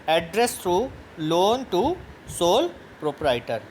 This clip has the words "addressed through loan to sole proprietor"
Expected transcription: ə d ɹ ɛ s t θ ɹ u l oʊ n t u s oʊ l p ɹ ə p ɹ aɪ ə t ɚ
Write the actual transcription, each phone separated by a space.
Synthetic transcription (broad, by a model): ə d ɹ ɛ s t ɹ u l oʊ n t u s oʊ l p ɹ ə p ɹ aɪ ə t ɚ